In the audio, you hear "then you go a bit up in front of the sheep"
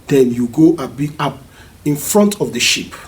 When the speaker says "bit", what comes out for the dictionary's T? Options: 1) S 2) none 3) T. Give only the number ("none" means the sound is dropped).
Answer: 2